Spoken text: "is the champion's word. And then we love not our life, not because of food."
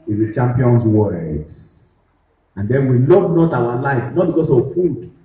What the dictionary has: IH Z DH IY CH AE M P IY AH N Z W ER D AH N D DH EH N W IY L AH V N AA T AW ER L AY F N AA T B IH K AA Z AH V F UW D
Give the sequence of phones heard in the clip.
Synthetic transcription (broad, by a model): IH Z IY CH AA M P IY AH N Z W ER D AH N D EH N W IY L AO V N AA T AW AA L AY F N AA T B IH K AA S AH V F UW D